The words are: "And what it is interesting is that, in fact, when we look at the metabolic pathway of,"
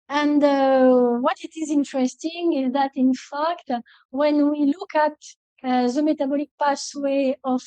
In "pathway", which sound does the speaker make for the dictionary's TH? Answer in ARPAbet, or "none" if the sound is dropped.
S